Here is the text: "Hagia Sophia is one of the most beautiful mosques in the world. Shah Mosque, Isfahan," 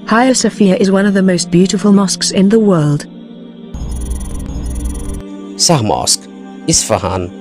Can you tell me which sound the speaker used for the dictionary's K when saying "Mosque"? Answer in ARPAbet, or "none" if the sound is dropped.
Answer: K